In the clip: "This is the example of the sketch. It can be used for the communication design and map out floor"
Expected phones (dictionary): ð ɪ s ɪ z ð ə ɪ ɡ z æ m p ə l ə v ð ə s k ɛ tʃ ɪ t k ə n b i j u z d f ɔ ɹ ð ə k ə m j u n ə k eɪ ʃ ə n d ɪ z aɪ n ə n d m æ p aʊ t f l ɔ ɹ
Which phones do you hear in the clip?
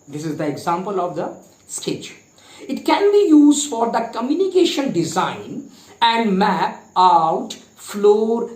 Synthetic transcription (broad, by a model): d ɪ s ɪ z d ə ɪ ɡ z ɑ m p ə l ə v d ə s k ɛ tʃ ɪ t k ə n b i j u z d f ɔ ɹ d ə k ə m j u n ə k eɪ ʃ ə n d ɪ z aɪ n ə n d m æ p aʊ t f l ɔ ɹ